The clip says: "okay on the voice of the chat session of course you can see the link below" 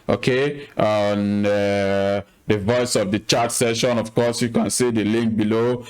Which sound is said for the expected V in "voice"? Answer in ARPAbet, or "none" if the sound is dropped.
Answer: V